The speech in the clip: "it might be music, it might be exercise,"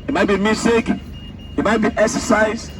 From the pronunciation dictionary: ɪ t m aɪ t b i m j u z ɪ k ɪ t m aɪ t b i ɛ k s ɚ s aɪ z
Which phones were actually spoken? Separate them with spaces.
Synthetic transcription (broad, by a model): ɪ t m aɪ t b i m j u s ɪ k ɪ t m aɪ t b i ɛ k s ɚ s aɪ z